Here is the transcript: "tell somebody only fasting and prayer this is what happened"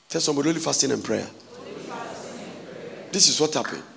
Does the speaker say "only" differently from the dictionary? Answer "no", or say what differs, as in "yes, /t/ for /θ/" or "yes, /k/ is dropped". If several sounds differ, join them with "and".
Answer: yes, /n/ is dropped